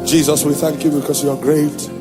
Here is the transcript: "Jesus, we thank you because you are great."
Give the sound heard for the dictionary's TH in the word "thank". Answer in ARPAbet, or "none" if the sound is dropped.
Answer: TH